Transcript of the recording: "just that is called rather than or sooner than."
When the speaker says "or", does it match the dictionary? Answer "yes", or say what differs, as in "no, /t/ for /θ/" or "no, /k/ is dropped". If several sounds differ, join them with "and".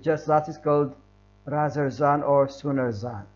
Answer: yes